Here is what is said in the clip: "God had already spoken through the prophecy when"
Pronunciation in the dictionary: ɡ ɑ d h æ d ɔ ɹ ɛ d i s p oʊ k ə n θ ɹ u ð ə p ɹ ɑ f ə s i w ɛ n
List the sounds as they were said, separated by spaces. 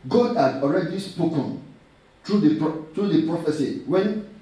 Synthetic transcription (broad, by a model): ɡ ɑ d h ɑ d ɔ ɹ ɛ d i s p oʊ k ə n t ɹ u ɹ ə p ɹ ɑ f ə s i w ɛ n